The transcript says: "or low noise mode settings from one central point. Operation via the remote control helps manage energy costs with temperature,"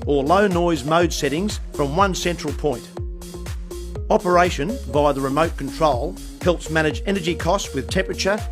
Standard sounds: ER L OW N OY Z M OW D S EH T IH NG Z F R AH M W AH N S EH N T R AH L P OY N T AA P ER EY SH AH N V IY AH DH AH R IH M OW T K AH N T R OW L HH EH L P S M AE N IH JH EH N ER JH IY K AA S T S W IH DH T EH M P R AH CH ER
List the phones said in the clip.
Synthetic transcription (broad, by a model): ER L OW N OY Z M OW D S EH T IH NG Z F R AH M W AH N S EH N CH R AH L P OY N T AA P ER EY SH AH N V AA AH DH AH R IH M OW T K N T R OW L HH EH L P S M AE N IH JH EH N ER JH IY K AA S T W IH DH T EH M P R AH CH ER